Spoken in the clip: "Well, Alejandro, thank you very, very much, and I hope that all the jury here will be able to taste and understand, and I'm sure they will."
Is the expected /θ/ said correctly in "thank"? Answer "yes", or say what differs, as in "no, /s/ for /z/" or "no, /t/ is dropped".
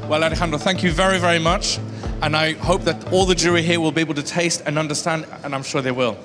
yes